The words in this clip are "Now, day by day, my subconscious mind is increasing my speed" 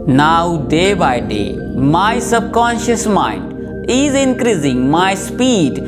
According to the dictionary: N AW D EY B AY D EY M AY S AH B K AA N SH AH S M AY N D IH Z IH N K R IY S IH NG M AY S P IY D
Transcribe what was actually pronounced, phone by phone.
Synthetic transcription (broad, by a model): N AW D EY B AY D EY M AY S AH B K AA N SH AH S M AY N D IH Z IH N K R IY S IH NG M AY S P IY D